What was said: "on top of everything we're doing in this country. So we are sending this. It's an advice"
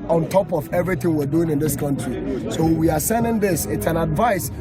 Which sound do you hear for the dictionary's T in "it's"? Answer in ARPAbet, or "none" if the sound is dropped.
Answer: T